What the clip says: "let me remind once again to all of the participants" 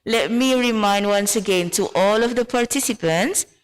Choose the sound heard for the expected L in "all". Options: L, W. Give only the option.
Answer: L